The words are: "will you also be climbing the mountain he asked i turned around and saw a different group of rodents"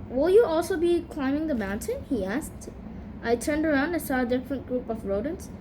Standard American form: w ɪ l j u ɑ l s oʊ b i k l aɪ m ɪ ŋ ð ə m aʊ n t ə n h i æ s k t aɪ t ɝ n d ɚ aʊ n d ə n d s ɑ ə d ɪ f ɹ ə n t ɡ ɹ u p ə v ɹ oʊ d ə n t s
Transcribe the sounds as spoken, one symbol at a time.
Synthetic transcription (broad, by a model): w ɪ l j u ɑ l s oʊ b i k l aɪ m ɪ ŋ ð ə m aʊ n t ə n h i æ s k t aɪ t ɝ n d ɚ aʊ n d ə s ɑ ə d ɪ f ɹ ə n t ɡ ɹ u p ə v ɹ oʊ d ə n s